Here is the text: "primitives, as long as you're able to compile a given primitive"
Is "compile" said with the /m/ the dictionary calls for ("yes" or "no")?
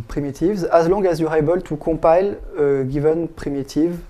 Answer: no